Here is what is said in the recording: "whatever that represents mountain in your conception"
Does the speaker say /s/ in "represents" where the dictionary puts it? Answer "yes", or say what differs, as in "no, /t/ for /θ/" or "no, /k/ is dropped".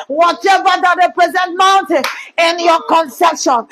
no, /s/ is dropped